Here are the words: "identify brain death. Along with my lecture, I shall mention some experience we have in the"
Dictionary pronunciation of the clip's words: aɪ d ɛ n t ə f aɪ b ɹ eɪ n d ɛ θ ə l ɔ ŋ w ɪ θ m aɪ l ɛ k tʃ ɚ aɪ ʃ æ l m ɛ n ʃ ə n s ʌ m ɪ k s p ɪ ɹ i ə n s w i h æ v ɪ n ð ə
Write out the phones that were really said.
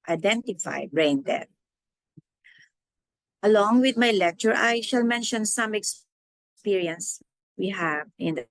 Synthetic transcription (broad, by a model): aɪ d ɛ n t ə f aɪ b ɹ eɪ n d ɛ t ə l ɔ ŋ w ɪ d m aɪ l ɛ k tʃ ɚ aɪ ʃ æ l m ɛ n ʃ ə n s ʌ m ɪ k s p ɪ ɹ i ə n s w i h æ v ɪ n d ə